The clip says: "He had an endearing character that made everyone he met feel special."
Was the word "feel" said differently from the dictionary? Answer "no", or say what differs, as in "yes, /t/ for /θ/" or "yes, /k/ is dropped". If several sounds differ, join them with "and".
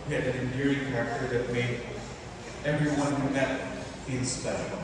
yes, /n/ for /l/